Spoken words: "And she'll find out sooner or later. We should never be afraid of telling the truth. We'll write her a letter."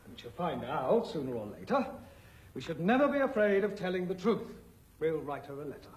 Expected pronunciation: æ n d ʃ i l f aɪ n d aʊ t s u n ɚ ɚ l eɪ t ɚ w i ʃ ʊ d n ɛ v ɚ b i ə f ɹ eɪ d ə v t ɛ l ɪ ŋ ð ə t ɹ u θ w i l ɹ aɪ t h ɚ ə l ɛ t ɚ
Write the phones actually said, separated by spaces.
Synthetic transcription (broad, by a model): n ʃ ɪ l f aɪ n d aʊ t s u n ɚ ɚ l eɪ t ɚ w i ʃ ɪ d n ɛ v ɚ b i ə f ɹ eɪ d ə v t ɛ l ɪ ŋ ð ə t ɹ u θ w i l ɹ aɪ t h ɚ ə l ɛ t ɚ